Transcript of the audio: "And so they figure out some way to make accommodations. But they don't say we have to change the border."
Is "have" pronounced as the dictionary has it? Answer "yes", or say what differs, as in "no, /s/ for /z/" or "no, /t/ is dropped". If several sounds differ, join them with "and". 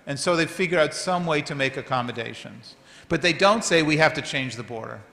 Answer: no, /f/ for /v/